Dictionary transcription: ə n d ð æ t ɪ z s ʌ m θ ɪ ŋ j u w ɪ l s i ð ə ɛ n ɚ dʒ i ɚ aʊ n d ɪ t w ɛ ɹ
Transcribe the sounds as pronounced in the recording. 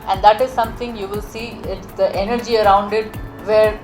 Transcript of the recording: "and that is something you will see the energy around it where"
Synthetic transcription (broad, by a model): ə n d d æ t ɪ z s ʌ m t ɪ ŋ j u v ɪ l s i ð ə ɛ n ɚ dʒ i ɚ aʊ n d ɪ t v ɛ ɹ